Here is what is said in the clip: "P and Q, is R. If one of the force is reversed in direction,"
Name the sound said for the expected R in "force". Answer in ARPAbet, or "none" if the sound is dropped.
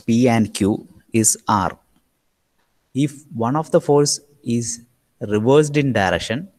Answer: L